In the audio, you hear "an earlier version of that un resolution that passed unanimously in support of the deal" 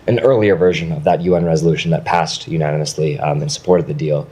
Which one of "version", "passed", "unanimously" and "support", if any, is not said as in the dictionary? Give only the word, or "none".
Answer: none